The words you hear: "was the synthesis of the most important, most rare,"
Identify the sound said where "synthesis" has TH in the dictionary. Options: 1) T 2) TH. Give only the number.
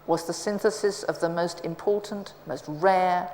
2